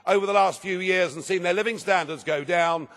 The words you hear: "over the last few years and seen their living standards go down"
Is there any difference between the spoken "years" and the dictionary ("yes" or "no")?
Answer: no